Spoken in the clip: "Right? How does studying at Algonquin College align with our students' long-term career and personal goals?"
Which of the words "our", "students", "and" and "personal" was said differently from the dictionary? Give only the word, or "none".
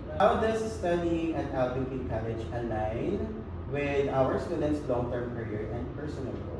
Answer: none